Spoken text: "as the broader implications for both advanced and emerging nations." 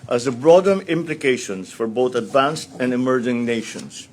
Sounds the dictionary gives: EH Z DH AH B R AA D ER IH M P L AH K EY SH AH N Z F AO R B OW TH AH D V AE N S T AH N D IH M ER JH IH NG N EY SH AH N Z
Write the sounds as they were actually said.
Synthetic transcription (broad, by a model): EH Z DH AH B R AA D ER IH M P L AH K EY SH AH N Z F AO R B OW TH AH D V AE N S T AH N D IH M ER JH IH NG N EY SH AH N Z